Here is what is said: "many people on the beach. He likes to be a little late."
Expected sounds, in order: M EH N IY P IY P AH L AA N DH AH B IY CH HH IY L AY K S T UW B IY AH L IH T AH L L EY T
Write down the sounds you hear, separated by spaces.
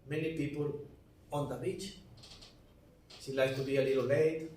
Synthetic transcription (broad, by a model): M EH N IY P IY P AH L AA N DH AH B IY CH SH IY L AY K T UW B IY AH L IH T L L EY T